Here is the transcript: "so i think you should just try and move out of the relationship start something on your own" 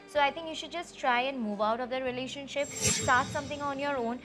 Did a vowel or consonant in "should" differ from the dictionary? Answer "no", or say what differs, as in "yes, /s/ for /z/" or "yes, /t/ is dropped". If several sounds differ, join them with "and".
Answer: no